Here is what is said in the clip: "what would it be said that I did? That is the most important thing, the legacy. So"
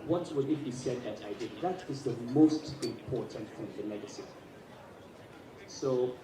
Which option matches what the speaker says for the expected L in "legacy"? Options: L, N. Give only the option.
N